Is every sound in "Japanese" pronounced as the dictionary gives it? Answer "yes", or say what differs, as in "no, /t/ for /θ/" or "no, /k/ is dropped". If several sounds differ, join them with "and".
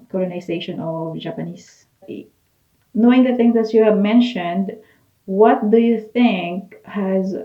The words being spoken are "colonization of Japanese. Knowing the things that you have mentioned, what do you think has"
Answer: no, /s/ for /z/